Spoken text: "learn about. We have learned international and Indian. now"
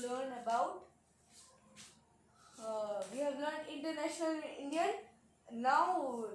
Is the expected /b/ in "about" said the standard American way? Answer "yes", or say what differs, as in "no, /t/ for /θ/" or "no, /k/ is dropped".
yes